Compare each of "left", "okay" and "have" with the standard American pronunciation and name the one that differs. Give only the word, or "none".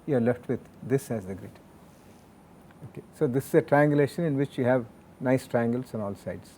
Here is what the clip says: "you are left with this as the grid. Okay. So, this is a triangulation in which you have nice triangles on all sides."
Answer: none